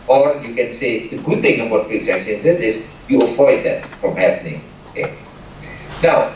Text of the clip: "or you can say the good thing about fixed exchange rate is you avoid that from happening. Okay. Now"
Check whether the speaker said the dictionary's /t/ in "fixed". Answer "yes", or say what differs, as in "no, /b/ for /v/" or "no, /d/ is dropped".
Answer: no, /t/ is dropped